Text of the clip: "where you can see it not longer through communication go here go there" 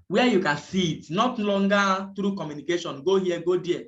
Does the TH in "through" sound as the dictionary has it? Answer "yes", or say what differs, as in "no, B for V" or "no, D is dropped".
no, T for TH